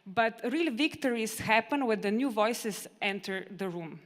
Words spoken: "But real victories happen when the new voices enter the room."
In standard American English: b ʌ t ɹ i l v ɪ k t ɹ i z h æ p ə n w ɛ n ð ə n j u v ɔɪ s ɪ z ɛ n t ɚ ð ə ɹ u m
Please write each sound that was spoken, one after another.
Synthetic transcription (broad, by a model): b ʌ t ɹ i l v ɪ k t ɹ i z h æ p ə n w ɛ n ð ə n j u v ɔɪ s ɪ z ɛ n t ɚ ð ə ɹ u m